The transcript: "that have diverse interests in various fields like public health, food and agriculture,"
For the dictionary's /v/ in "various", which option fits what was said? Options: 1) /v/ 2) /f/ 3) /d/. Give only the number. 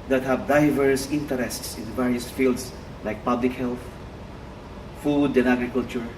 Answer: 1